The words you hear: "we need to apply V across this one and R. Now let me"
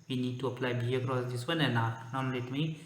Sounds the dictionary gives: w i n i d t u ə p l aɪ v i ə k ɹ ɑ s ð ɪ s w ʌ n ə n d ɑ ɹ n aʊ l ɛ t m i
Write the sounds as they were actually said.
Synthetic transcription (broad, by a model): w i n i d t u ə p l aɪ b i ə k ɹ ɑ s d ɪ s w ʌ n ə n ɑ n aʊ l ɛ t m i